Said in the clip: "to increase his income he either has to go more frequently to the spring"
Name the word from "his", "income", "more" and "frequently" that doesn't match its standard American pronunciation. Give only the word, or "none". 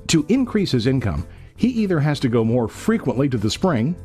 none